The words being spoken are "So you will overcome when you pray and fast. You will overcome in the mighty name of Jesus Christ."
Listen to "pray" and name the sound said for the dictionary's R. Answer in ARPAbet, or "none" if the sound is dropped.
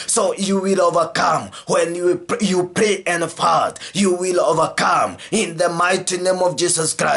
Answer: R